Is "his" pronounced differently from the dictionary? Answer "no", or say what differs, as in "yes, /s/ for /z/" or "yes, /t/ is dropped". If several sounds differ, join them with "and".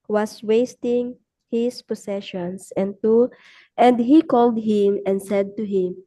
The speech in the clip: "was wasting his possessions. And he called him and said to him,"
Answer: yes, /s/ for /z/